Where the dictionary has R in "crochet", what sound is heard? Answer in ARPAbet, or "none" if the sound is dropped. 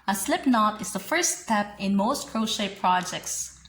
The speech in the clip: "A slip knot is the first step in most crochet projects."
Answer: R